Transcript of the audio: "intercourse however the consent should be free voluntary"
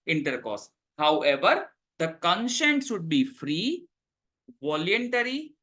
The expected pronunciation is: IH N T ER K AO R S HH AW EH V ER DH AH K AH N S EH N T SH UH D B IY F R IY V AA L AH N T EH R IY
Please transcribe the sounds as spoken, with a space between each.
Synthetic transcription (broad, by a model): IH N T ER K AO S HH AW EH V ER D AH K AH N SH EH N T SH UH D B IY F R IY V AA L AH N T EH R IY